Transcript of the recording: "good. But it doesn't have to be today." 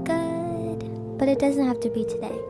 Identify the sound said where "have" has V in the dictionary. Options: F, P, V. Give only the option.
F